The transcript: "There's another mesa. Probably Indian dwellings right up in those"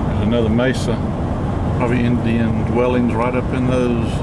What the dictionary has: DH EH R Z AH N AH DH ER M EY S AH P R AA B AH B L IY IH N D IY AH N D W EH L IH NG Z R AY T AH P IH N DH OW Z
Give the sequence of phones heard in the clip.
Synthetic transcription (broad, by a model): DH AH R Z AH N AH DH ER M EY S AH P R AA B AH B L IY IH N D IY AH N D W EH L IH NG Z R AY T AH P IH N DH OW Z